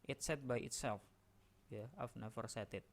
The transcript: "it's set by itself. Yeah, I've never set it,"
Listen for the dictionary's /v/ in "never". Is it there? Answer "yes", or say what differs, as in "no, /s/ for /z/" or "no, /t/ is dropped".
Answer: no, /f/ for /v/